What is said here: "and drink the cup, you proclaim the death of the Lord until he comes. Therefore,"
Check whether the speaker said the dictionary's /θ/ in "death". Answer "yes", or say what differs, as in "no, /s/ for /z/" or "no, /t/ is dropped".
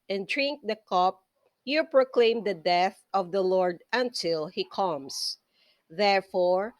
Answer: yes